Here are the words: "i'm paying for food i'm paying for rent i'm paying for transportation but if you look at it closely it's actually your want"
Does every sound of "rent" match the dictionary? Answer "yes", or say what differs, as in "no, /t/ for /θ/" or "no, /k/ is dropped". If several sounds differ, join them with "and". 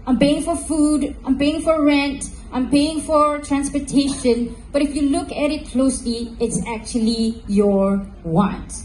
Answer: yes